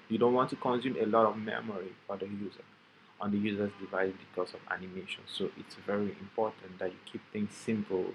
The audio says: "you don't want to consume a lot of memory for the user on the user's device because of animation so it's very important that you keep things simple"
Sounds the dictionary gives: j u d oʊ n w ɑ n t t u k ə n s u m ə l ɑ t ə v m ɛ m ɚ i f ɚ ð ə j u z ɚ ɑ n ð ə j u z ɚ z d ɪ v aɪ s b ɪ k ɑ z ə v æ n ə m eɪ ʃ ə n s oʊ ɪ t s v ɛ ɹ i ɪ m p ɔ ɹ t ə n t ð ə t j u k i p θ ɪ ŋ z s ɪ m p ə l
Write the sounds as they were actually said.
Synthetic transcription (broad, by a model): j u d oʊ n w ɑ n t t u k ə n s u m ə l ɑ t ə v m ɛ m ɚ i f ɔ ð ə j u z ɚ ɑ n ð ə j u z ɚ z d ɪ v aɪ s b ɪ k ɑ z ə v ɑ n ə m eɪ ʃ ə n s oʊ ɪ t s v ɛ ɹ i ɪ m p ɔ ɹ t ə n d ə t j u k i p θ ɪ ŋ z s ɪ m p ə l